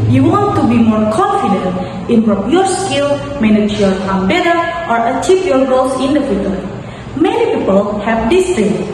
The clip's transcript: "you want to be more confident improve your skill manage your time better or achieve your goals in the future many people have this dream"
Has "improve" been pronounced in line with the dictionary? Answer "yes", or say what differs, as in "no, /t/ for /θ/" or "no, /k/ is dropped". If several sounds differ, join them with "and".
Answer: no, /p/ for /v/